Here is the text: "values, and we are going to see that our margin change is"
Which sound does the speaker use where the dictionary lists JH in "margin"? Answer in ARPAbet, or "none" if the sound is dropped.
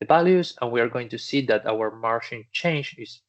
SH